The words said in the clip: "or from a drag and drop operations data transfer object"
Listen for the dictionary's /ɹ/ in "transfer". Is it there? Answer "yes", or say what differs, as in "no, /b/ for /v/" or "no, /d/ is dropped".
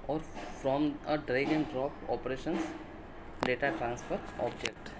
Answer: yes